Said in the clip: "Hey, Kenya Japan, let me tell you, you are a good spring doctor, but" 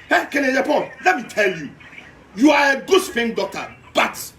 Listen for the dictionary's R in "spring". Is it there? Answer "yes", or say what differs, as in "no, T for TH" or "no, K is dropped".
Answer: no, R is dropped